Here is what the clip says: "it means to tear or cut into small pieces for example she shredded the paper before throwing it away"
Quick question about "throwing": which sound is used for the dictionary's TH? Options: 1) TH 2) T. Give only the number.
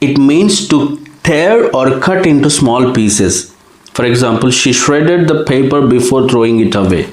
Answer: 2